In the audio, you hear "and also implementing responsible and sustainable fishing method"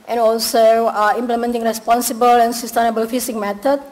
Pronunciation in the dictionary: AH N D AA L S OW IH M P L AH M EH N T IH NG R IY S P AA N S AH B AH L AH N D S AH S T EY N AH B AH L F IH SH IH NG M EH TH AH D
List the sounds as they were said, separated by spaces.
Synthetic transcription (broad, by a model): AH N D AA L S OW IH M P L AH M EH N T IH NG R IY S P AA N S AH B AH L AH N S AH S T EY N AH B AH L F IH S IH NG M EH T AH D